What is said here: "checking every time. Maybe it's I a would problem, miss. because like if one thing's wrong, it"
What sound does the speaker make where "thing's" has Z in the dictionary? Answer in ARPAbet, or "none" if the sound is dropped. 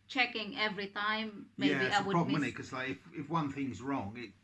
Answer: Z